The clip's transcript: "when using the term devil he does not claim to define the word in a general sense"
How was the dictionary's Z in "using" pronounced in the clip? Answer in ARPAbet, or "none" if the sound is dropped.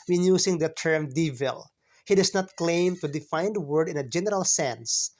S